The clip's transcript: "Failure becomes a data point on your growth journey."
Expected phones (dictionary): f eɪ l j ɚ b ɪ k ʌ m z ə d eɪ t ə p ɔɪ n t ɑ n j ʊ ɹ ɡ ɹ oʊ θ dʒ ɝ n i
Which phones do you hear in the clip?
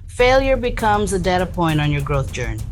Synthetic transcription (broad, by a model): f eɪ l j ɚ b ɪ k ʌ m z ə d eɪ t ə p ɔɪ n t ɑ n j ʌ ɹ ɡ ɹ oʊ θ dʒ ɝ n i